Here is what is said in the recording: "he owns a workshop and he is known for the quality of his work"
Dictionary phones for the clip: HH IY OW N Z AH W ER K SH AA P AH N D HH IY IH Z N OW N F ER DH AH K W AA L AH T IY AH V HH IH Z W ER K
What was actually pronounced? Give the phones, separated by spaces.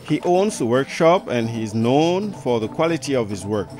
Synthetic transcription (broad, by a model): HH IY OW N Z AH W ER K SH AA P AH N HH IY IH Z N OW N F ER DH AH K W AA L AH T IY AH V HH IH Z W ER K